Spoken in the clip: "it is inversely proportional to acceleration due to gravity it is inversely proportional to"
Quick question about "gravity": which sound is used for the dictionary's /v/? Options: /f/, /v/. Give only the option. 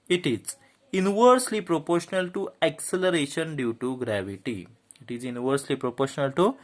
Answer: /v/